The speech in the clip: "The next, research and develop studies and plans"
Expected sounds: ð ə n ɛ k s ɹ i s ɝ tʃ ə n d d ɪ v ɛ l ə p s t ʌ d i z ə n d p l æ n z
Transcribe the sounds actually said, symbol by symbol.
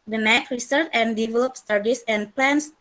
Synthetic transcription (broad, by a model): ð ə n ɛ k ɹ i s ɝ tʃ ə n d d ɪ v ɛ l ə p s t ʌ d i s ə n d p l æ n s